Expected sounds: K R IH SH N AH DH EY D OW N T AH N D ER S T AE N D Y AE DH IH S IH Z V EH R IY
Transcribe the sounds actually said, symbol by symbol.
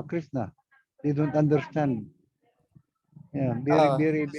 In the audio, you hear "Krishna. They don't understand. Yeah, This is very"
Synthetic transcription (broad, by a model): K R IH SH N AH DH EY D OW N T AH N D ER S T AE N D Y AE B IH IH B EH R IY